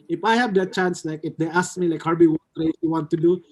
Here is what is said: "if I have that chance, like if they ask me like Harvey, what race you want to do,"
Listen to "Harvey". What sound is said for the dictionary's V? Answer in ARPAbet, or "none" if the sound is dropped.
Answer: B